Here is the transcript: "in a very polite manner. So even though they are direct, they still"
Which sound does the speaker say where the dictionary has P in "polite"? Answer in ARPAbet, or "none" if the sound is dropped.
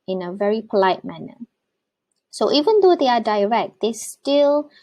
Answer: P